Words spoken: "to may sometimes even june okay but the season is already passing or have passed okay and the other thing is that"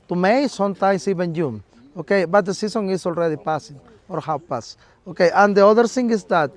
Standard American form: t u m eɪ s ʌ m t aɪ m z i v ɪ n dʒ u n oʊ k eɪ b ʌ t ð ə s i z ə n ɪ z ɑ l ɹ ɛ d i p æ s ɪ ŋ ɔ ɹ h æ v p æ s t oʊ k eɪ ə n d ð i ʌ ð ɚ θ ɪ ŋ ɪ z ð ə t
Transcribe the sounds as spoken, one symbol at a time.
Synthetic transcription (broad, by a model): t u m eɪ s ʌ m t aɪ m s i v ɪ n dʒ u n oʊ k eɪ b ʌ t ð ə s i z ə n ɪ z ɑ l ɹ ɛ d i p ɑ s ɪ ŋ ɔ ɹ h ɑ w p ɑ s oʊ k eɪ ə n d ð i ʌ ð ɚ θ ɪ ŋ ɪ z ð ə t